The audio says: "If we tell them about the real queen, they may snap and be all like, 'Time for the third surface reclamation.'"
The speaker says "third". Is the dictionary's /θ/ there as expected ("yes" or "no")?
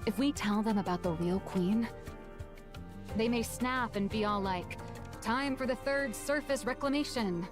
yes